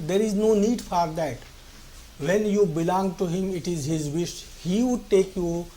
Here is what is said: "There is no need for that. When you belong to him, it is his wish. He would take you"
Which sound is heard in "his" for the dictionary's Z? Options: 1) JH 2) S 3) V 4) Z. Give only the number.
4